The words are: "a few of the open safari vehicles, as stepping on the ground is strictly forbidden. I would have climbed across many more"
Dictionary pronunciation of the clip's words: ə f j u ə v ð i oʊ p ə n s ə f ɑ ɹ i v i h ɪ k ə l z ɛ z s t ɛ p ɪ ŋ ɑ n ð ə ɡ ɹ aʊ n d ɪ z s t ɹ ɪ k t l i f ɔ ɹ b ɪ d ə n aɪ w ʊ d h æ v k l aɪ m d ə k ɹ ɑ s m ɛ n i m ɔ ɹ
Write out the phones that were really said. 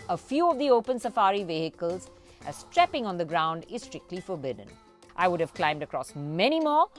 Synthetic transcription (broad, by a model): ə f j u ə v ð i oʊ p ə n s ə f ɑ ɹ i v i h ɪ k ə l z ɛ s t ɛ p ɪ ŋ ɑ n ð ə ɡ ɹ aʊ n d ɪ z s t ɹ ɪ k t l i f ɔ ɹ b ɪ d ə n aɪ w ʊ d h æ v k l aɪ m d ə k ɹ ɑ s m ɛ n i m ɔ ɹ